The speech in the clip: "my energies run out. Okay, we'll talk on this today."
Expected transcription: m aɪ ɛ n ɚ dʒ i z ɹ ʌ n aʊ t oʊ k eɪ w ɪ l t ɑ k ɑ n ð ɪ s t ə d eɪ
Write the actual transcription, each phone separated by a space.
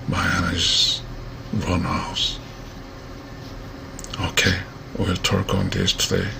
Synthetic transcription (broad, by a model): m aɪ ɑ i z ɹ ʌ n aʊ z oʊ k eɪ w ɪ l t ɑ k ɑ n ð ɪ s t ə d eɪ